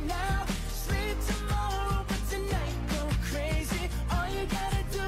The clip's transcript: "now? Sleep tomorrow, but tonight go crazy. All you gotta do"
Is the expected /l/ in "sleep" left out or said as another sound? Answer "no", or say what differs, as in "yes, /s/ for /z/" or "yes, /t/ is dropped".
no